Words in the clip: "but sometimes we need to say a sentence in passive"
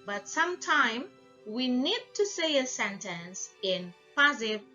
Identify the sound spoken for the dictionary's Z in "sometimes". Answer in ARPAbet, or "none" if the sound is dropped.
none